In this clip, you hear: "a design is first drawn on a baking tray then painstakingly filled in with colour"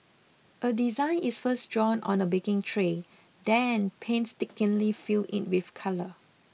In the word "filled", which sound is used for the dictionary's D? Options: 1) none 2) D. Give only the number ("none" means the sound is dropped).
1